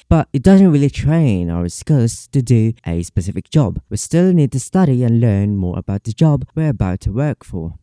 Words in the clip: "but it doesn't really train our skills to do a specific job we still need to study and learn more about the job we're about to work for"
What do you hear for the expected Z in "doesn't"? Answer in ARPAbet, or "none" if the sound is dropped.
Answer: Z